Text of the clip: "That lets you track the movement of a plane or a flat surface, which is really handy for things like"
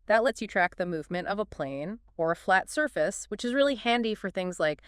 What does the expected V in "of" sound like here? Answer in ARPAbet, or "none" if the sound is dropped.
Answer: V